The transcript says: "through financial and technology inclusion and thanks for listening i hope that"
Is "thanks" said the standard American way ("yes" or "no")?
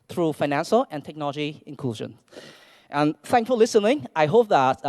no